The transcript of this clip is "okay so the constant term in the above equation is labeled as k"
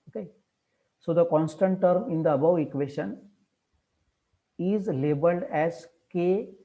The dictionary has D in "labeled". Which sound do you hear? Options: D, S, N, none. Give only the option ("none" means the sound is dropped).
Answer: D